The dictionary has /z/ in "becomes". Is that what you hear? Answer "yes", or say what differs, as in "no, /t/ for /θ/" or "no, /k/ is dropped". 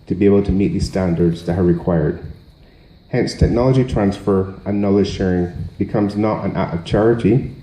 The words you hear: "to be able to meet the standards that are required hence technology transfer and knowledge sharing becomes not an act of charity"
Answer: yes